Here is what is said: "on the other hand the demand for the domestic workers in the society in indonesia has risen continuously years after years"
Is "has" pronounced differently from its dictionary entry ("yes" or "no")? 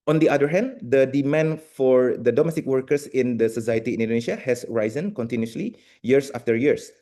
yes